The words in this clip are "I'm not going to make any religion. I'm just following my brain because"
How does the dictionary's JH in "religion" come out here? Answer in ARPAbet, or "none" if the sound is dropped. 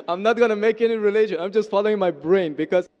SH